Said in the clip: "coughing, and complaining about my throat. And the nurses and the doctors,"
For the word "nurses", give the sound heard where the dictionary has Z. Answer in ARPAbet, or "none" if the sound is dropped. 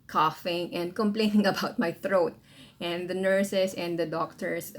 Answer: S